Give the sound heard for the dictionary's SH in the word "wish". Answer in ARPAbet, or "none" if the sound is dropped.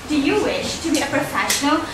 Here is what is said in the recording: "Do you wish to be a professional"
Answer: SH